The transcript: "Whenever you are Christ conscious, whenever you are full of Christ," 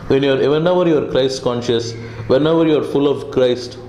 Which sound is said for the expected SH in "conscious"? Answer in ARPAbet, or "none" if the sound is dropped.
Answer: SH